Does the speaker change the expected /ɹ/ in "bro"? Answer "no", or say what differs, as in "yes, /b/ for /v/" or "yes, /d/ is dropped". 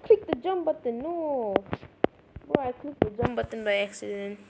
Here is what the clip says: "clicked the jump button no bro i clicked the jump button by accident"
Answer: yes, /ɹ/ is dropped